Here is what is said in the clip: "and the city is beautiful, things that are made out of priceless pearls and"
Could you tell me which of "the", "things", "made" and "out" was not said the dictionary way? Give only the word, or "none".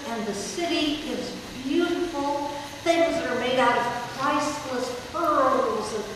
none